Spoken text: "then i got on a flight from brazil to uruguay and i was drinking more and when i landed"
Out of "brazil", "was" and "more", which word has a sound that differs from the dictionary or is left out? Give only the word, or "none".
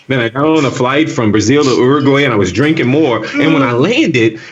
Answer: none